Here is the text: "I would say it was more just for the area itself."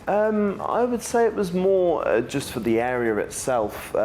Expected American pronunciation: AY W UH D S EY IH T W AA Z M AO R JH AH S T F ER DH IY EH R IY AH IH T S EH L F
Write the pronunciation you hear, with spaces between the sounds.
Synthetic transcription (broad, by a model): AY W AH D S EY IH T W AA Z M AO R JH AH S T F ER DH IY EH R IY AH IH T S EH L F